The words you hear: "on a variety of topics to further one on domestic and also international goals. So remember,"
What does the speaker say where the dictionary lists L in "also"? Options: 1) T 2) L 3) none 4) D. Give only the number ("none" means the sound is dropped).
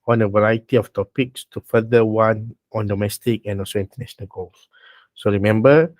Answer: 2